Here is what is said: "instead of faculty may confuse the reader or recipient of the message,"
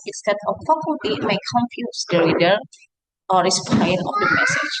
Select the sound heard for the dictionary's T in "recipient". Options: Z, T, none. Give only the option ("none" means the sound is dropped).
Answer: none